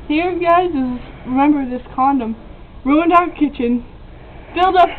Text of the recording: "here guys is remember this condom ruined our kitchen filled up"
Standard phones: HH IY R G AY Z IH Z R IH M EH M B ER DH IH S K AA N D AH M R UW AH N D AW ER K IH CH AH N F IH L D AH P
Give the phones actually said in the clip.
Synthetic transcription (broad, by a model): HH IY R G AY Z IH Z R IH M EH M B ER DH IH S K AA N D AH M R UW AH N D AW ER K IH CH AH N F IH L D AH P